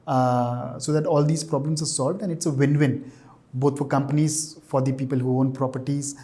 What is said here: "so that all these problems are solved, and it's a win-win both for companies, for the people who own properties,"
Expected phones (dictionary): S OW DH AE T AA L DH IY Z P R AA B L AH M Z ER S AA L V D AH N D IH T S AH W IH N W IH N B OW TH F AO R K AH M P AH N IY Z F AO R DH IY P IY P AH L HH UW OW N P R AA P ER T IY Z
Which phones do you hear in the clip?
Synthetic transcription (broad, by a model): S OW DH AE T AA L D IY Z P R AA B L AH M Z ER S AA L V D AH N D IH T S AH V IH N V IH N B OW T F AO R K AH M P AH N IY Z F AO R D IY P IY P AH L HH UW OW N P R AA P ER T IY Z